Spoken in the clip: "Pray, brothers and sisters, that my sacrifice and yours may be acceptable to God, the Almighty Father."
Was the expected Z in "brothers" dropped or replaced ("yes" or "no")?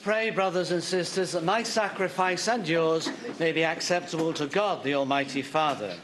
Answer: no